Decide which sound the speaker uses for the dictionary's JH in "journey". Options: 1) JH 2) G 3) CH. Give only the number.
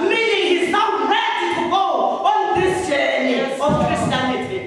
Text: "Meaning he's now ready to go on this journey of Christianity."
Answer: 3